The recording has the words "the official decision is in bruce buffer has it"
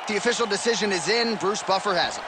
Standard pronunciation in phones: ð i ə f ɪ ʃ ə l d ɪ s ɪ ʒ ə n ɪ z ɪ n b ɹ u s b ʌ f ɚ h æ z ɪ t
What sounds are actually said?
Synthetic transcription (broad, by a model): ð i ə f ɪ ʃ l d ɪ s ɪ ʒ ə n ɪ z ɪ n b ɹ u s b ʌ f ɚ h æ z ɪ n